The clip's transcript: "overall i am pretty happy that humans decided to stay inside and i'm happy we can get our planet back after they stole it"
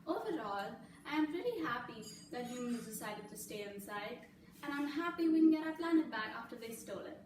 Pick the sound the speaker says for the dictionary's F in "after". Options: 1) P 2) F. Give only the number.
2